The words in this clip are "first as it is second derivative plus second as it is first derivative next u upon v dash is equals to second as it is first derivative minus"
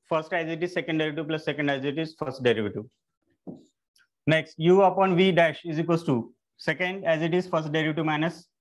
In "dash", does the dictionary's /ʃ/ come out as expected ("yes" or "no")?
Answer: yes